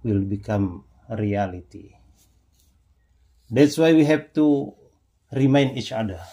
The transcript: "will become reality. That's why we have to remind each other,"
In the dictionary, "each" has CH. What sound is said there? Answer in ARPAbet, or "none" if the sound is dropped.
CH